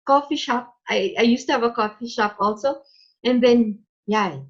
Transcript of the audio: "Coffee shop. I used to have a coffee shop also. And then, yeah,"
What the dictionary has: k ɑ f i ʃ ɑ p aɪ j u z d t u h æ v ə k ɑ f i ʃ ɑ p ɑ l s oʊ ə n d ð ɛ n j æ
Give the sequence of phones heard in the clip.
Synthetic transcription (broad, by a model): k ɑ f i ʃ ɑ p aɪ j u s t u h æ v ə k ɑ f i ʃ ɑ p ɑ l s oʊ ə n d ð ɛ n j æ